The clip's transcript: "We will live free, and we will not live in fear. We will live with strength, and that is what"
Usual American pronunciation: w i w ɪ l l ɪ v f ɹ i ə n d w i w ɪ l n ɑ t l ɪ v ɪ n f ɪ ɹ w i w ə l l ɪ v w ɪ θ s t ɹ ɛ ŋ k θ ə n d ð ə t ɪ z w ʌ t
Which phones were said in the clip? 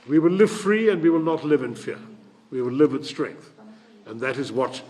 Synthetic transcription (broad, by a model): w i w ɪ l l ɪ v f ɹ i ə n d w i w ɪ l n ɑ t l ɪ v ɪ n f ɪ ɹ w i w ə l l ɪ v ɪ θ s t ɹ ɛ ŋ k θ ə n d ð ə t ɪ z w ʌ t